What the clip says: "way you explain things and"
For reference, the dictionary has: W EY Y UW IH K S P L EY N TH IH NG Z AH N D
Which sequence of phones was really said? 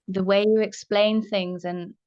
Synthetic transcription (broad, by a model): W EY Y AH IH K S P L EY N TH IH NG Z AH N